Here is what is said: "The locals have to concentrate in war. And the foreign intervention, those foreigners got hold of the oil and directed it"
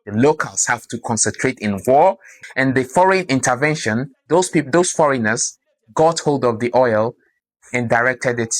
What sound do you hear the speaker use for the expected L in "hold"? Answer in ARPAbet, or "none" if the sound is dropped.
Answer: L